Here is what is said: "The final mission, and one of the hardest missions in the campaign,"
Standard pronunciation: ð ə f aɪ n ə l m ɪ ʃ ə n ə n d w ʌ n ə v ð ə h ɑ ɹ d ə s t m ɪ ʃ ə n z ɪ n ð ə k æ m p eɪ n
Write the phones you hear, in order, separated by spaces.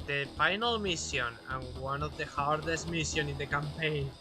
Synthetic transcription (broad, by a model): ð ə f aɪ n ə l m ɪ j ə n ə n w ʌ n ə v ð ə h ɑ ɹ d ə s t m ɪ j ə n ɪ n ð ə k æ m p eɪ n